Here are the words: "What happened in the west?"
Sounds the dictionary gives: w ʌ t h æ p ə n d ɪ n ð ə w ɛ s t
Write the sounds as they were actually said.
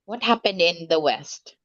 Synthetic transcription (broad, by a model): w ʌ t h æ p ə n d ɪ n ð ə w ɛ s t